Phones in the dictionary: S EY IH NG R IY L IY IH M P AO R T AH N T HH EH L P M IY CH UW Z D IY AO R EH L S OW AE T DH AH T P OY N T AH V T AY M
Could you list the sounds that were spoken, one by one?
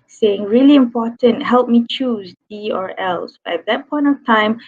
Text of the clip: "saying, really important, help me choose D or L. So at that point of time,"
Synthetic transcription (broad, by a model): S EY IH NG R IY L IY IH M P AO T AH N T HH EH L P M IY CH UW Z D IY AO R EH L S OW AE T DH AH T P OY N T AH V T AY M